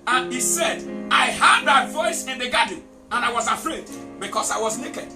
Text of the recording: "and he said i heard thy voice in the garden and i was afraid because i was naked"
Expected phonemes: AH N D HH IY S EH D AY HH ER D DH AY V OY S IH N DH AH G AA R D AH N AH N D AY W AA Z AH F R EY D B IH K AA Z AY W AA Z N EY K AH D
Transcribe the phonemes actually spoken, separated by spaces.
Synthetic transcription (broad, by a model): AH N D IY S EH D AY HH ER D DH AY V OY S IH N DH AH G AA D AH N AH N AY W AA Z AH F R EY D B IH K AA S AY W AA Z N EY K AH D